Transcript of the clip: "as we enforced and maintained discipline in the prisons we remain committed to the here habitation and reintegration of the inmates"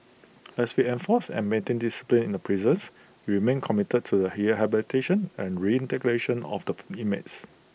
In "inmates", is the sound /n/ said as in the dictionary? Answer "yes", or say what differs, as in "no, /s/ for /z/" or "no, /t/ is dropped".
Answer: no, /n/ is dropped